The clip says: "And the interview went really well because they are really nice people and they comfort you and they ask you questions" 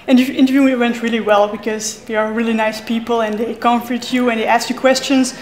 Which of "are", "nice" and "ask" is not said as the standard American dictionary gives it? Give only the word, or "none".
none